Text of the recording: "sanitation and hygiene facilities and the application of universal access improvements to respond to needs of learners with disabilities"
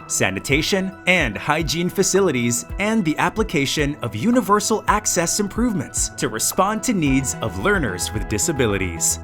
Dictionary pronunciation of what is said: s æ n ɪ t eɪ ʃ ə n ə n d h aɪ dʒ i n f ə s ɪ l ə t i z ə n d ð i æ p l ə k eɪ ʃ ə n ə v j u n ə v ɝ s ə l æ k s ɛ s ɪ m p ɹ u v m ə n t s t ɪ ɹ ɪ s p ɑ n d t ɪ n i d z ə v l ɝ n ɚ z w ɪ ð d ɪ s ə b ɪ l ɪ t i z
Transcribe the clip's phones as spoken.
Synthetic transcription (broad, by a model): s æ n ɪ t eɪ ʃ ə n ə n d h aɪ dʒ i n f ə s ɪ l ə t i z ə n ð i æ p l ə k eɪ ʃ ə n ə v j u n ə v ɝ s l æ k s ɛ s ɪ m p ɹ u v m ə n t s t ɪ ɹ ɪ s p ɑ n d t ɪ n i d z ə v l ɝ n ɚ z w ɪ ð d ɪ s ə b ɪ l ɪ t i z